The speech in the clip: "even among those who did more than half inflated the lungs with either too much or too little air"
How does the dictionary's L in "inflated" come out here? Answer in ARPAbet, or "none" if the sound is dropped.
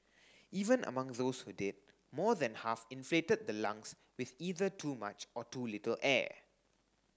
L